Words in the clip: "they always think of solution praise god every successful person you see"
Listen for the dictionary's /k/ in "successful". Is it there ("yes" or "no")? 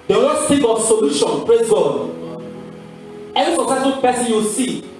no